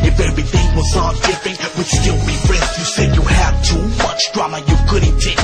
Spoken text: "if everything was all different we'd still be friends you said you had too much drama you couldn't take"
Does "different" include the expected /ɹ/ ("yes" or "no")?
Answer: no